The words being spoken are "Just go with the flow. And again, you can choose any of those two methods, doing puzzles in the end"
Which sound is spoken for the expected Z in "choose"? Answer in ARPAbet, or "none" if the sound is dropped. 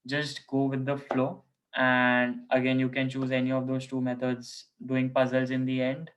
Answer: Z